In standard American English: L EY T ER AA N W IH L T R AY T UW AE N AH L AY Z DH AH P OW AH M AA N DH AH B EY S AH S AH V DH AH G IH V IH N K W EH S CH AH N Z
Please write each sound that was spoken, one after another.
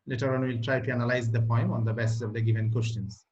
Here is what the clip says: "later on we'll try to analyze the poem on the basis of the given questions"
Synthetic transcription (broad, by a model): L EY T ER AA N W IH L T R AY T UW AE N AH L AY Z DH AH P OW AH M AA N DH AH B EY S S AH V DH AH G IH V IH N K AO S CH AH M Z